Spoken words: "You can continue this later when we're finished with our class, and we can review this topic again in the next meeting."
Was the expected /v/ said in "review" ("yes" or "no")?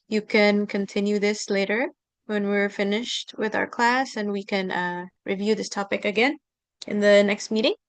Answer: yes